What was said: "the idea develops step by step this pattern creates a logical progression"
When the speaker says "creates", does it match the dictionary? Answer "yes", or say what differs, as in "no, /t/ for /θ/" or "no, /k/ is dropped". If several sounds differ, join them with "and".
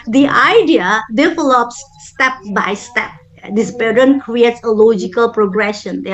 yes